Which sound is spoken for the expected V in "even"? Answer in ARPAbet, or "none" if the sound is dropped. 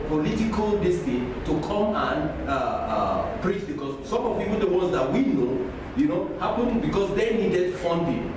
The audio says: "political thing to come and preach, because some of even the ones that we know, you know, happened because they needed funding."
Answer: W